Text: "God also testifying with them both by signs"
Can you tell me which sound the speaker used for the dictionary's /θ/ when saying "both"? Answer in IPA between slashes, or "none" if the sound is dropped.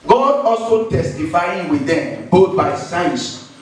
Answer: /t/